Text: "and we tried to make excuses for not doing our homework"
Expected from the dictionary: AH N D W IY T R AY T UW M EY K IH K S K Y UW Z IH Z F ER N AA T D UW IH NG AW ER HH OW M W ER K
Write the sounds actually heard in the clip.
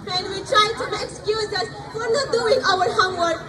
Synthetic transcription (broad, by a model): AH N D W IY T R AY T UW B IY IH K S K Y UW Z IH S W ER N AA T D UW IH NG AW ER HH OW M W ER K